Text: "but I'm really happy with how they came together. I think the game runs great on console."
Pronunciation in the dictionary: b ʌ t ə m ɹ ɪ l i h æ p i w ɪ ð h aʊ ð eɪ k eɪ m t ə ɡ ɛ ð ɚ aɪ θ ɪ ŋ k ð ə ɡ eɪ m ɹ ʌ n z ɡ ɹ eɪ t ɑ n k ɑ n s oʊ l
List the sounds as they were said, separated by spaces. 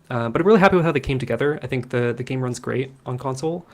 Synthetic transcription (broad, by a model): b ʌ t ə ɹ ɪ l i h æ p i w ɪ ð h aʊ ð eɪ k eɪ m t ə ɡ ɛ ð ɚ aɪ θ ɪ ŋ k ð ə ɡ eɪ m ɹ ʌ n z ɡ ɹ eɪ t n k ɑ n s oʊ l